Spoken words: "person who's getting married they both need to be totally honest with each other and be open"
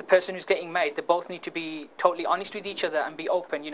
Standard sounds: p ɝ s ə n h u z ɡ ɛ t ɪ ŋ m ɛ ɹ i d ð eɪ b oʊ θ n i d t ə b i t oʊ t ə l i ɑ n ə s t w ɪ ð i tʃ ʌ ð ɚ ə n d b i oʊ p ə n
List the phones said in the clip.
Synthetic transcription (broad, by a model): p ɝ s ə n h u z ɡ ɛ t ɪ ŋ m ɛ i d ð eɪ b oʊ θ n i d t ə b i t oʊ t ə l i ɑ n ə s t w ɪ ð i tʃ ʌ ð ɚ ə n b i oʊ p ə n